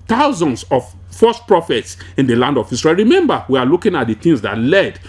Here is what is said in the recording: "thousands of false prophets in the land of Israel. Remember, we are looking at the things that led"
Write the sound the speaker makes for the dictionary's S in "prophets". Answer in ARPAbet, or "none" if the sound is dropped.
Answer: S